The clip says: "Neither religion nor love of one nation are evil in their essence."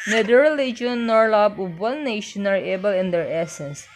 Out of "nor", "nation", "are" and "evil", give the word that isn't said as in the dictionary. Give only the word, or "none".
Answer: evil